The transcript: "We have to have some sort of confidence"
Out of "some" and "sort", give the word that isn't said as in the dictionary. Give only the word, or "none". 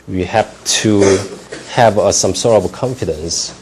sort